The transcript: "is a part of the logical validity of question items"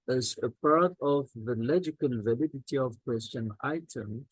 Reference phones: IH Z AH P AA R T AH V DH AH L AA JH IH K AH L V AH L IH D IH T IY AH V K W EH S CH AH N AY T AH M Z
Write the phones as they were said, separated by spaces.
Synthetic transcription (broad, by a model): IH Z AH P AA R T AH V DH AH L AA JH IH K AH L V AH L IH D IH T IY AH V K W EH S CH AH N AY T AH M